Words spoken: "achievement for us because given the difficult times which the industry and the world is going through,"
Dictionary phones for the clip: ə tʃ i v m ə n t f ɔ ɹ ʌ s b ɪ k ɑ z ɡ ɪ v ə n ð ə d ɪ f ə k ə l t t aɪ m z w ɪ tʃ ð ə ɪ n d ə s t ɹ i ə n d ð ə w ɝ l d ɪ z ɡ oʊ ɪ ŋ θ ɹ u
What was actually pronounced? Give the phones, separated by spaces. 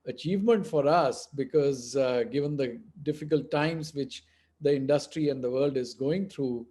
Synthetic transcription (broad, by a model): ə tʃ i v m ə n t f ɔ ɹ ʌ s b ɪ k ɑ z ɡ ɪ v ə n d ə d ɪ f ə k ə l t t aɪ m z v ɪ tʃ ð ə ɪ n d ə s t ɹ i ə n d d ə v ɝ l d ɪ z ɡ oʊ ɪ ŋ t ɹ u